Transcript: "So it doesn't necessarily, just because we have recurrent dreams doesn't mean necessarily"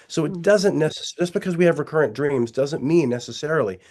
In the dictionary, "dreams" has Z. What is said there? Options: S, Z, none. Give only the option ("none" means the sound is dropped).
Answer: Z